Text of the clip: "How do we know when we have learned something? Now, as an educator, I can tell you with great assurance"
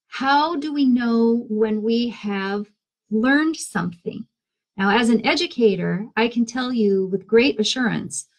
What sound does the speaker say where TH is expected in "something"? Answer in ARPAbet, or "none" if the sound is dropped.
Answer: TH